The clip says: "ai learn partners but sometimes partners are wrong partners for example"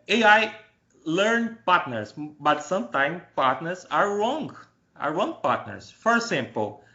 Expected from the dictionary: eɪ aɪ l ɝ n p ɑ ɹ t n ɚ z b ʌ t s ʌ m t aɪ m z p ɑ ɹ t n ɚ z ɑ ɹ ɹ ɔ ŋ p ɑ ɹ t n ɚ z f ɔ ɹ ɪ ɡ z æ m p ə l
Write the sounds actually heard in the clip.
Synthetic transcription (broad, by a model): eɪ aɪ l ɝ n p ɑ ɹ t n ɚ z b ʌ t s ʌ m t aɪ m p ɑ ɹ t n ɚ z ɑ ɹ ɹ ɔ ŋ p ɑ ɹ t n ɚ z f ɔ ɹ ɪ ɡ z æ m p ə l